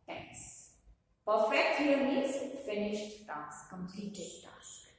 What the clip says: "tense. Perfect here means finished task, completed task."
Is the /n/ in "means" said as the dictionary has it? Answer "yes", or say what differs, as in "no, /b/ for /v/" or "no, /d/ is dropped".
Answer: no, /n/ is dropped